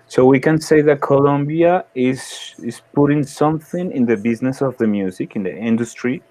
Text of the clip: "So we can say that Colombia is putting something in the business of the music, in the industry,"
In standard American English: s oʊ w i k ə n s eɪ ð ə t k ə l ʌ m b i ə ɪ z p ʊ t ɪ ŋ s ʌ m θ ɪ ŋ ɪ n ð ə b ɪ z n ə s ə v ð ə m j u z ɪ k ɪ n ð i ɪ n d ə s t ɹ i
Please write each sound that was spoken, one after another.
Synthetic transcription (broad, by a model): s oʊ w i k ə n s eɪ ð ə t k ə l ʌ m b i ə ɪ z p ʊ t ɪ ŋ s ʌ m θ ɪ ŋ ɪ n ð ə b ɪ z n ə s ə v ð ə m j u z ɪ k ɪ n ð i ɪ n d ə s t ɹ i